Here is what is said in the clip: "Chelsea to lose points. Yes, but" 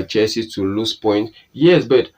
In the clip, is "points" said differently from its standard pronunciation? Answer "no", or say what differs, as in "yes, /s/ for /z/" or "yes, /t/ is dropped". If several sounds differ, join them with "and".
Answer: yes, /s/ is dropped